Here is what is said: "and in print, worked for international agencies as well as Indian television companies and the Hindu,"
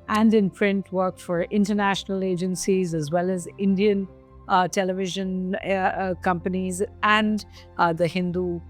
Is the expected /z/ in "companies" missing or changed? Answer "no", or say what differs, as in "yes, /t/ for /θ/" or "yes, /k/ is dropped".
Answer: no